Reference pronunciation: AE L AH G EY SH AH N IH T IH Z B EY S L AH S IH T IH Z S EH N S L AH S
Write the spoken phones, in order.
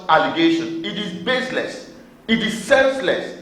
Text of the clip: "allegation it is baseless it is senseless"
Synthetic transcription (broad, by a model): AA L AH G EY SH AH N IH T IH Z B EY S L AH S IH T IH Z S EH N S L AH S